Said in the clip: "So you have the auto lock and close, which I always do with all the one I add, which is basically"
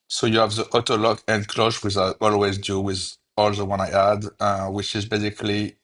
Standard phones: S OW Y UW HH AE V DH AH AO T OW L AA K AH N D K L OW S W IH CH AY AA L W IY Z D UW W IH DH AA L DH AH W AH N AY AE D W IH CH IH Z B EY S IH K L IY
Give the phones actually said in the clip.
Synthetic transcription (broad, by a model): S OW Y UW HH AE V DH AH AO T OW L AA K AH N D K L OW SH W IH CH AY AA L W IY Z D UW W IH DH AA L DH AH W AH N AY AE D W IH CH IH Z B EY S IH K L IY